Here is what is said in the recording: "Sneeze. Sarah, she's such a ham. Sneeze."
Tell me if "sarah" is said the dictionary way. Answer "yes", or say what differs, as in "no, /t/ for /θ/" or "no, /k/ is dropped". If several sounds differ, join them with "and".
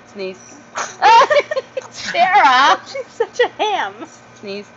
no, /ʃ/ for /s/